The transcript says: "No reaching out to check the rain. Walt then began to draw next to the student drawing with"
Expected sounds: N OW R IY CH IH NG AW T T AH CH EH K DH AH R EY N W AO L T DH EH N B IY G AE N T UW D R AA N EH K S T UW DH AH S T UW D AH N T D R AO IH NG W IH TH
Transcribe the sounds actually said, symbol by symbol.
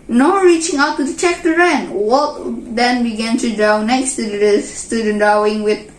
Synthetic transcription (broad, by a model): N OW R IY CH IH NG AW T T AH CH EH K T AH R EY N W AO T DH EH N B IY G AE N T UW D R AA N EH K S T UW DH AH S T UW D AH N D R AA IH NG W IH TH